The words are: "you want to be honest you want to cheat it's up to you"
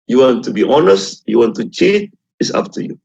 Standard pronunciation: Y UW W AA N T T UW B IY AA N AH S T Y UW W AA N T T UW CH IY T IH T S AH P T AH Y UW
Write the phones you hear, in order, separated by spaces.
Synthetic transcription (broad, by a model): Y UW W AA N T T UW B IY AA N AH S T Y UW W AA N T T UW CH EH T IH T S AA F T AH Y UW